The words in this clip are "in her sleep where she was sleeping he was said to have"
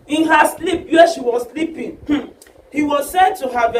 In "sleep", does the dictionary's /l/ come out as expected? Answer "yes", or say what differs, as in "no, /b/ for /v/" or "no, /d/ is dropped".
yes